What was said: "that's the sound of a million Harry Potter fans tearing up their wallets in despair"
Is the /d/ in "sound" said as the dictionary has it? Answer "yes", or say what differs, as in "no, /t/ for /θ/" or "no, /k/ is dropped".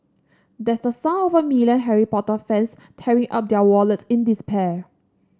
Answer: no, /d/ is dropped